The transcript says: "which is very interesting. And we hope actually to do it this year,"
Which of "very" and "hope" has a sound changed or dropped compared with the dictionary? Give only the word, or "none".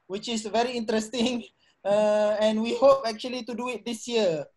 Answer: none